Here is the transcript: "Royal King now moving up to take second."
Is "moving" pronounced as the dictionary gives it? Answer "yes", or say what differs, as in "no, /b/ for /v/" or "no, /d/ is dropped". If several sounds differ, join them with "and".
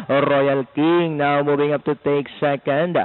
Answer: no, /b/ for /v/